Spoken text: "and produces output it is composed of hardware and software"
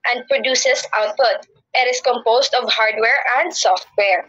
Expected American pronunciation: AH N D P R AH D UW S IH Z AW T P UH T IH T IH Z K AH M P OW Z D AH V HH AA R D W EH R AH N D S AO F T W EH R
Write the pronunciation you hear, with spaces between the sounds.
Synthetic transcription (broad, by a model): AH N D P R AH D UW S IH S AW T P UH T IH T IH S K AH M P OW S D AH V HH AA R D W EH R AH N D S AO F T W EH R